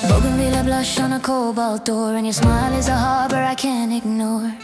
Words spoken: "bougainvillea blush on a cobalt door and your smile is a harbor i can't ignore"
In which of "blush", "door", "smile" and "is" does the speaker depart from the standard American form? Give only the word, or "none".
none